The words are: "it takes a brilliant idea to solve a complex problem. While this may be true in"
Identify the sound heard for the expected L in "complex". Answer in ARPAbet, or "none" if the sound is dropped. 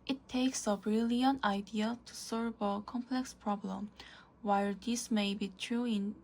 L